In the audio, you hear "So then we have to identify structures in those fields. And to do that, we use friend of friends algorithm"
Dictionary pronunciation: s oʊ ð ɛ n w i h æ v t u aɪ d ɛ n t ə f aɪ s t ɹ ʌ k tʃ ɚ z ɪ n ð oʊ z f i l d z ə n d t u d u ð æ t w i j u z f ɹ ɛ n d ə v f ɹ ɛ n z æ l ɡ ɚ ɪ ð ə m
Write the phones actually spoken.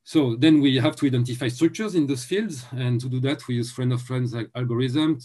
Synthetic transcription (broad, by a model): s oʊ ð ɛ n w i h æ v t u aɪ d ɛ n t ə f aɪ s t ɹ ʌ k tʃ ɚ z ɪ n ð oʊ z f i l d z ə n t u d u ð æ t w i j u z f ɹ ɛ n d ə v f ɹ ɛ n z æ l ɡ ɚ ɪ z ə m